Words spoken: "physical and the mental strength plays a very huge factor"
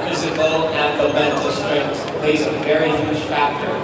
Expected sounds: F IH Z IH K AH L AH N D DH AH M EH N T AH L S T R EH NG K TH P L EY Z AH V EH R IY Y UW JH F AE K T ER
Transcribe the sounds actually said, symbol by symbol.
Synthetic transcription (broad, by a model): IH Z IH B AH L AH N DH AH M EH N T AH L S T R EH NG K S P L EY Z AH V EH R IY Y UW ZH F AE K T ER